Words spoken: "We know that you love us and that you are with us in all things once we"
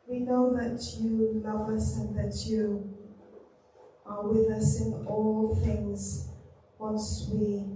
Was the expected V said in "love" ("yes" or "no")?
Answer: yes